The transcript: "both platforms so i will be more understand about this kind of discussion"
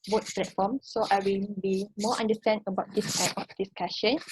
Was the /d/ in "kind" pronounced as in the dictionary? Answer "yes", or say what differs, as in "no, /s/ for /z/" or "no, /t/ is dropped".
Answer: no, /d/ is dropped